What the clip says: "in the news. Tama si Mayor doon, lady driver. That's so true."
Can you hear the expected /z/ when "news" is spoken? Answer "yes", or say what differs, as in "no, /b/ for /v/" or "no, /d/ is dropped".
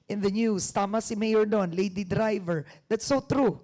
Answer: no, /s/ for /z/